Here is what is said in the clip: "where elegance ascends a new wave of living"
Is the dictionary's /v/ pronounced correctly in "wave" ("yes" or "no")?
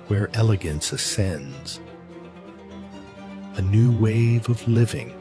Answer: yes